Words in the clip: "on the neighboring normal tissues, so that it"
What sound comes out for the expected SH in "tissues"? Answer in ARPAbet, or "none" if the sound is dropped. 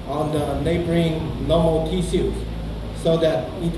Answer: S